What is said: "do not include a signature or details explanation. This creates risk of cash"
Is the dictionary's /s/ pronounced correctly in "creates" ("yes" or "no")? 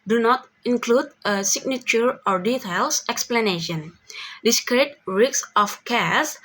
no